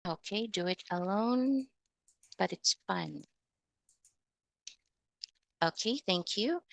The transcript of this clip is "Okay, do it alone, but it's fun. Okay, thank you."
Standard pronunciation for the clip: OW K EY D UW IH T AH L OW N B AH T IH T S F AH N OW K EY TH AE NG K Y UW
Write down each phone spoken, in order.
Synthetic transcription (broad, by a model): OW K EY D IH IH T AH L OW N B AH T IH T S F AH N OW K EY TH AE NG K Y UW